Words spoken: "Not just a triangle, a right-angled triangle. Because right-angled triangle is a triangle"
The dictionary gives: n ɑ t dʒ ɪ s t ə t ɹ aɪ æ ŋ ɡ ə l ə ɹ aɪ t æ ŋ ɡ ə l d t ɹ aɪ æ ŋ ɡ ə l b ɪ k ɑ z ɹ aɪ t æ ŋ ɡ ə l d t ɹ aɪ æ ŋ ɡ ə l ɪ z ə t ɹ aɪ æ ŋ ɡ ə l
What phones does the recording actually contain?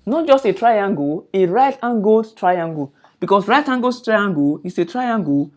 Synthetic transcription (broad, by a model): n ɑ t dʒ ɪ s t ə t ɹ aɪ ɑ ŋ ɡ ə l ə ɹ aɪ t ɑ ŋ ɡ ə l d t ɹ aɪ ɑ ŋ ɡ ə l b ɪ k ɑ s ɹ aɪ t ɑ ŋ ɡ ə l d t ɹ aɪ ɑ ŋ ɡ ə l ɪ s ə t ɹ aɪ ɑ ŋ ɡ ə